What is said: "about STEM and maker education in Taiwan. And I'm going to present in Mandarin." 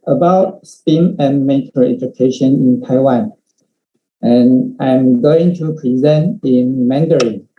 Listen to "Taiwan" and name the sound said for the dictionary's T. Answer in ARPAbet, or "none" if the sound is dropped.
T